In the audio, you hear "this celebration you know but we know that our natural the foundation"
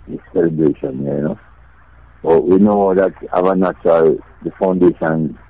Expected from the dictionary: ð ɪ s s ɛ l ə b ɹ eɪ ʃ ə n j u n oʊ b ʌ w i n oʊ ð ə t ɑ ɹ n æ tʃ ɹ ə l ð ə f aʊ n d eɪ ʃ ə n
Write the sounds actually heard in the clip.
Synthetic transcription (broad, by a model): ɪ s s ɛ l ə b ɹ eɪ ʃ ə n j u n oʊ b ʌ w i n oʊ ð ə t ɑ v n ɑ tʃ ə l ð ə f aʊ n d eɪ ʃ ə n